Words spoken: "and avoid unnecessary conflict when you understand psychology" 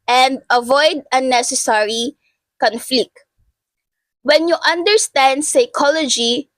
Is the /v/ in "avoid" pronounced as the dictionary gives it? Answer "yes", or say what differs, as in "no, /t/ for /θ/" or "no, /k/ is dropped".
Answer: yes